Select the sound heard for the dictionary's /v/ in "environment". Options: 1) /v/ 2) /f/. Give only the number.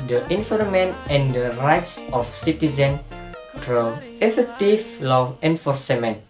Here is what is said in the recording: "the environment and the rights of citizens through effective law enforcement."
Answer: 2